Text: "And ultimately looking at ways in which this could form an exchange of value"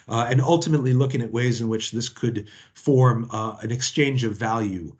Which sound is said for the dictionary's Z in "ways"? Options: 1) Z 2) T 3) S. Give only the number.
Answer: 1